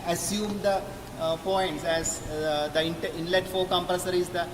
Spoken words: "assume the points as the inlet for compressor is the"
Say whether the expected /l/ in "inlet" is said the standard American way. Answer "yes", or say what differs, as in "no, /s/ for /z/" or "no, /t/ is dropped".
yes